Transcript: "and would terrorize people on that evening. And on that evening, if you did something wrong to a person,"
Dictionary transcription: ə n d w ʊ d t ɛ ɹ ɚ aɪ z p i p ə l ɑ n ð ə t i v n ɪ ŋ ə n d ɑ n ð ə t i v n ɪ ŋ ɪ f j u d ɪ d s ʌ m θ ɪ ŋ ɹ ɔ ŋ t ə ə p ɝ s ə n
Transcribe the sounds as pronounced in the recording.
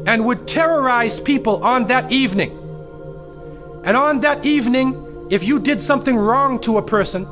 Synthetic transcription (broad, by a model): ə n w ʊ d t ɛ ɹ ɚ aɪ z p i p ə l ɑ n ð ə t i v n ɪ ŋ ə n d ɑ n ð ə t i v n ɪ ŋ ɪ f j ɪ d ɪ d s ʌ m θ ɪ ŋ ɹ ɔ ŋ t ə ə p ɝ s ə n